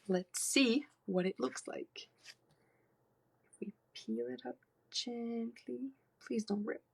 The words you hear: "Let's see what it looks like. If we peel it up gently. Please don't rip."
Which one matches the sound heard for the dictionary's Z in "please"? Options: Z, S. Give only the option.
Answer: Z